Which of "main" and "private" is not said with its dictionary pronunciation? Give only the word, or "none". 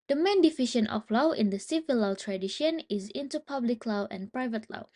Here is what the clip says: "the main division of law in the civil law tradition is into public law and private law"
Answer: none